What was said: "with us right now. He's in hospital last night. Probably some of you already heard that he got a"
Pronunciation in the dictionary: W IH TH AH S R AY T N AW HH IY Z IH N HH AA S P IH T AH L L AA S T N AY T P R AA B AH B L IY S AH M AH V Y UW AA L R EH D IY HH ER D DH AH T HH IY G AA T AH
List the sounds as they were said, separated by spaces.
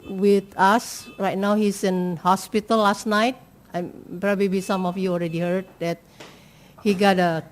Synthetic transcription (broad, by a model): W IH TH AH S R AY T N AW HH IY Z IH N HH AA S P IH T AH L L AA S T N AY T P R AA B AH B IY S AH M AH F Y UW AA L R EH D IY HH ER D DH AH T HH IY G AA T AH